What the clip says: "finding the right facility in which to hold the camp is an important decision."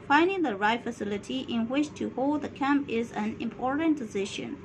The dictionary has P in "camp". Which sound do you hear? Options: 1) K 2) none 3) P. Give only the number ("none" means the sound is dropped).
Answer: 3